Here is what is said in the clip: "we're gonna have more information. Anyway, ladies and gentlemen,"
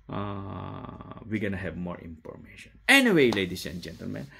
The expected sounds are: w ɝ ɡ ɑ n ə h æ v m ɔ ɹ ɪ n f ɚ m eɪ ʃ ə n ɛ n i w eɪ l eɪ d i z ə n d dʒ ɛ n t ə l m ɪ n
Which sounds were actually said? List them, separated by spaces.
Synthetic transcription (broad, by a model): w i ɡ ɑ n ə h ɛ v m ɔ ɹ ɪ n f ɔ m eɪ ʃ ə n ɛ n i w eɪ l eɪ d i s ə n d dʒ ɛ n t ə l m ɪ n